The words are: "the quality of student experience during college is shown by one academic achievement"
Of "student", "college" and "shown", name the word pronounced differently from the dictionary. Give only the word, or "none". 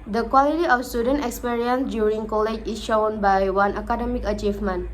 none